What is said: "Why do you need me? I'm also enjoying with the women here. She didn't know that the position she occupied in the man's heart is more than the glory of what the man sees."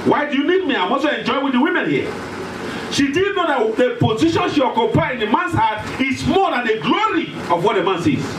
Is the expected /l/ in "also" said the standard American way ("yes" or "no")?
no